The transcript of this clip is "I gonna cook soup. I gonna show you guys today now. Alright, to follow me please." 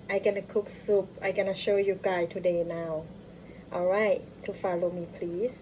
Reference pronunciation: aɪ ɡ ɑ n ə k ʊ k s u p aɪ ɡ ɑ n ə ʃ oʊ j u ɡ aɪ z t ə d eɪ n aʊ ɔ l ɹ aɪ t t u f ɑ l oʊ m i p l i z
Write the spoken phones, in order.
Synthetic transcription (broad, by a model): aɪ ɡ ɑ n ə k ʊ k s u p aɪ ɡ ɑ n ə ʃ oʊ j u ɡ aɪ t ə d eɪ n aʊ ɔ l ɹ aɪ t t u f ɑ l oʊ m i p l i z